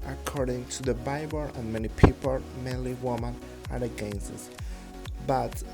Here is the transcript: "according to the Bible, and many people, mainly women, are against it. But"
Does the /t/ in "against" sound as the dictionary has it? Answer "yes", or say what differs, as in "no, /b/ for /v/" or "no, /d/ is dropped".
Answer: no, /t/ is dropped